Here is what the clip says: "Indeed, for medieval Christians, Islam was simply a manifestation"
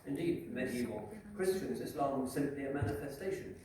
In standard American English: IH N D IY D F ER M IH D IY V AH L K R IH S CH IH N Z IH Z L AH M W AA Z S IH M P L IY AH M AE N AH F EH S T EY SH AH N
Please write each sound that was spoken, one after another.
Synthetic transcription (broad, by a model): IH N D IY D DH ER M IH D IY AH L K R IH S CH IH N Z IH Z L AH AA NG S IH M P L IY AH M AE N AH F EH S T EY SH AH N